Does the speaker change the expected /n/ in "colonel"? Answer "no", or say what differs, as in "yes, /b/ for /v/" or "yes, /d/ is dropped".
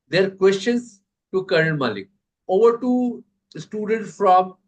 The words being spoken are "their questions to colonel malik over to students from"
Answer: yes, /n/ is dropped